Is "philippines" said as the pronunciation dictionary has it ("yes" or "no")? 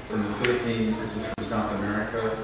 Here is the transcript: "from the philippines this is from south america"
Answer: no